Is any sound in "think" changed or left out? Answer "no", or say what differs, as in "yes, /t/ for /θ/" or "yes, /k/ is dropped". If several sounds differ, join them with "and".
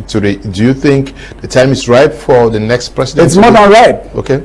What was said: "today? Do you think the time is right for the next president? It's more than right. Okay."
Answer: no